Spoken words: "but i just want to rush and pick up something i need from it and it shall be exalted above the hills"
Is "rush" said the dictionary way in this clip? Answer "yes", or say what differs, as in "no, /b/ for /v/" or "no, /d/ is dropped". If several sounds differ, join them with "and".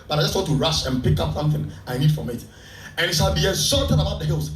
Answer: yes